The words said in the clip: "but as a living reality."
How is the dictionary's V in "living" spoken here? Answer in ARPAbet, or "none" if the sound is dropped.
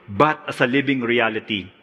B